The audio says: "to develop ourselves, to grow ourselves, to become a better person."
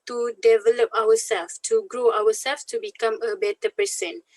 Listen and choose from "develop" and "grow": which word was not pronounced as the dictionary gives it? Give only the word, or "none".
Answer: none